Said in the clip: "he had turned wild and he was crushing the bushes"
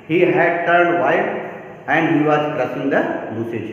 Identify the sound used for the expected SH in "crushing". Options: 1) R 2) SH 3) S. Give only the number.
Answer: 3